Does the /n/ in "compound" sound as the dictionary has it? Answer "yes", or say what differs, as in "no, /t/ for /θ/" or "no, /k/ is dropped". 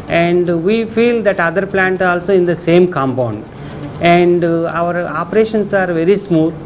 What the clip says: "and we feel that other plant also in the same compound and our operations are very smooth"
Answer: yes